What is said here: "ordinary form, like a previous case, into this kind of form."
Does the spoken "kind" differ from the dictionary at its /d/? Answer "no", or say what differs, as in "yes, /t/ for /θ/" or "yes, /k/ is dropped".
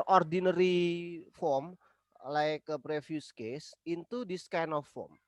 yes, /d/ is dropped